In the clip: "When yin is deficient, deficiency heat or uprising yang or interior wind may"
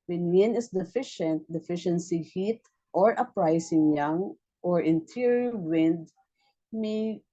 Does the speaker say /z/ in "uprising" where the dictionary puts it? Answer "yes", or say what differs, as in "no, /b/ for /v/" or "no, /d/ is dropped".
no, /s/ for /z/